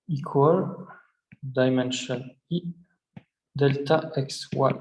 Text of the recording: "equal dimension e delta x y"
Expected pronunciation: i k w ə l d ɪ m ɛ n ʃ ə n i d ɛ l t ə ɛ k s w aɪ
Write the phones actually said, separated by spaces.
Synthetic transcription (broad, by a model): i k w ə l d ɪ m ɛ n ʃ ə n i d ɛ l t ə ɛ k s w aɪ